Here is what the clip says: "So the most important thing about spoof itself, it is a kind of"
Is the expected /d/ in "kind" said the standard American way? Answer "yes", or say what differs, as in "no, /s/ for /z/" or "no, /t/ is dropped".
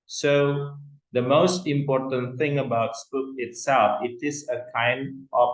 yes